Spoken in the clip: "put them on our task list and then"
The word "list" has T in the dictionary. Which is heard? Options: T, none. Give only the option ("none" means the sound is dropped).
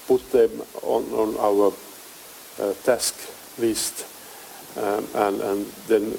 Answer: T